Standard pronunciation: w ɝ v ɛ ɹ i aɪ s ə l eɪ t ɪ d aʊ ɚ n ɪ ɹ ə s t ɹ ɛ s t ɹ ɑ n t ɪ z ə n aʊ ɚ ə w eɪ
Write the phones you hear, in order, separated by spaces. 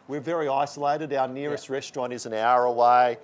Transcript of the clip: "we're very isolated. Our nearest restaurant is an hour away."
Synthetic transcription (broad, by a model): w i v ɛ ɹ i aɪ s ə l eɪ t ɪ d aʊ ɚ n ɪ ɹ ə s t ɹ ɛ s t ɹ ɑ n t ɪ z ə n aʊ ɚ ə w eɪ